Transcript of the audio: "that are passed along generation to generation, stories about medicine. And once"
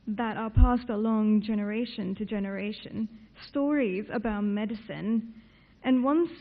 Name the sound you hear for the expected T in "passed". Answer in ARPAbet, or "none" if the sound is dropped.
T